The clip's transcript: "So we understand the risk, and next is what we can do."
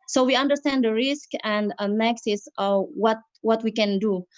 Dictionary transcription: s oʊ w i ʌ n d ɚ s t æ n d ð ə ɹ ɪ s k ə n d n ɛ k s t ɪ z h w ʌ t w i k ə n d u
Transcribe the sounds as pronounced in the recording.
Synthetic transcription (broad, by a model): s oʊ w i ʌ n d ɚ s t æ n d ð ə ɹ ɪ s k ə n d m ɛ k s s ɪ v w w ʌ t w i k ə n d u